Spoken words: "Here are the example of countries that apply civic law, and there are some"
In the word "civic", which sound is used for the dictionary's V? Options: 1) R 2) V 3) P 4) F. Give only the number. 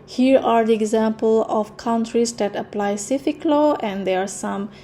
4